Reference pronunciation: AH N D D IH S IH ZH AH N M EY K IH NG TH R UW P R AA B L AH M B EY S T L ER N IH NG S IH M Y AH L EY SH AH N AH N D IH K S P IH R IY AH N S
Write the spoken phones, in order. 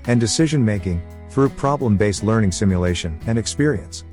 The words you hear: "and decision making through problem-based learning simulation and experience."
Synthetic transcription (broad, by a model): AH N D D IH S IH ZH AH N M EY K IH NG TH R UW P R AA B L AH M B EY S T L ER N IH NG S IH M Y AH L EY SH AH N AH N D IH K S P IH R IY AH N S